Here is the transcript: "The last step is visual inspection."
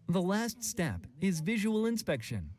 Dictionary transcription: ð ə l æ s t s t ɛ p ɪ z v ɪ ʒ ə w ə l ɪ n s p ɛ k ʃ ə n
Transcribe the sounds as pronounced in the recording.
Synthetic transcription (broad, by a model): ð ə l æ s t s t ɛ p ɪ z v ɪ ʒ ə w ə l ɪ n s p ɛ k ʃ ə n